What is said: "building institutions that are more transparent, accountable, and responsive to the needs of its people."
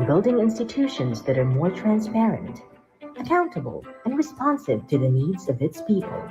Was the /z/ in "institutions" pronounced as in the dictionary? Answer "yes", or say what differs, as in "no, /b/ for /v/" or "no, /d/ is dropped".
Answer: yes